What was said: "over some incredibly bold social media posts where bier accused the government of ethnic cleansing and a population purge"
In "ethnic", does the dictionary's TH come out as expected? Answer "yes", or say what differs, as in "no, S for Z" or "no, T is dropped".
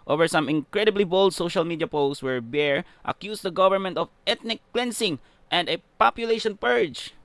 no, T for TH